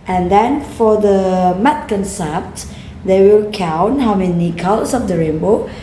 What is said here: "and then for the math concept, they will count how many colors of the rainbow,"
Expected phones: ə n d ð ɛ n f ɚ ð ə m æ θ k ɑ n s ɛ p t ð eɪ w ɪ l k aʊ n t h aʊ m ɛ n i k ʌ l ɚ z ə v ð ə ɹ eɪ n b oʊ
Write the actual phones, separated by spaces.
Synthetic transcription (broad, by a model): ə n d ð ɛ n f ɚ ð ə m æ t k ɑ n s ɛ p t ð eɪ w ɪ l k aʊ n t h aʊ m ɛ n i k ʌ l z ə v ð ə ɹ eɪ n b oʊ